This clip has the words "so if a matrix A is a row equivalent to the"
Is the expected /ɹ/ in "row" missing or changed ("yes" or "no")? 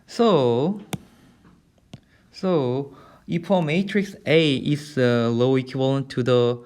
yes